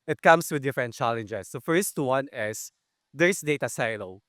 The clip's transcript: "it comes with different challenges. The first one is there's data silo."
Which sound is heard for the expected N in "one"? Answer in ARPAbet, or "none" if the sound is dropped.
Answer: N